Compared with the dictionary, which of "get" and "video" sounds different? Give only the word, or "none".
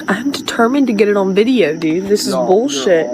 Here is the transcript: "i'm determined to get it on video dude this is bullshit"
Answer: none